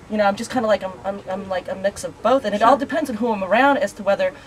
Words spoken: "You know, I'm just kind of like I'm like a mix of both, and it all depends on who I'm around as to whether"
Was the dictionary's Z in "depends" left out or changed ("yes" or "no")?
no